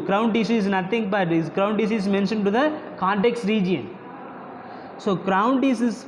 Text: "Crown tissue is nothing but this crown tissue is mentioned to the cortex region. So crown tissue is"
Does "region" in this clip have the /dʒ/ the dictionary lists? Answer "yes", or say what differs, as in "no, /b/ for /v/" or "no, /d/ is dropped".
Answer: yes